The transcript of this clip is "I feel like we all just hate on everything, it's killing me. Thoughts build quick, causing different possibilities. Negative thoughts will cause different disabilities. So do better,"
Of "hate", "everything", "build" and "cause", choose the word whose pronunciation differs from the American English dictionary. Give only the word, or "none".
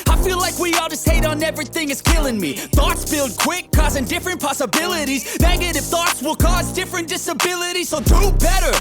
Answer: none